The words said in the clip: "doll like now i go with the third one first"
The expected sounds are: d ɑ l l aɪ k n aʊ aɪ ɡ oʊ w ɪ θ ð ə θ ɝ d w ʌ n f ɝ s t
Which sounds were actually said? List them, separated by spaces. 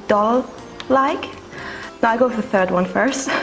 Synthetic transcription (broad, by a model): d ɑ l l aɪ k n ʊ aɪ ɡ oʊ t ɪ ð ə θ ɝ d w ʌ n f ɝ s t